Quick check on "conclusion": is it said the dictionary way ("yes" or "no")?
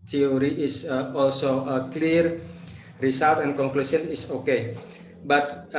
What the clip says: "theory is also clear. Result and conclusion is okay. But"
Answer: no